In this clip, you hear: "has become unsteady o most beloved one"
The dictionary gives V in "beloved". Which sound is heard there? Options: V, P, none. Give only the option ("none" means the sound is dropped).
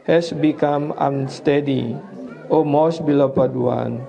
P